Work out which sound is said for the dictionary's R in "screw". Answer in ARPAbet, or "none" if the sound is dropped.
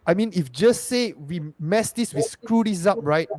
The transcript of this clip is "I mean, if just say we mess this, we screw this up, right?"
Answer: R